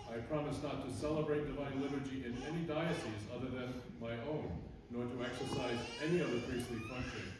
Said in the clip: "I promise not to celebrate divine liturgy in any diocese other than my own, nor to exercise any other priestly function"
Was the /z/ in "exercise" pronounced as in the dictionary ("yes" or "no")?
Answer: yes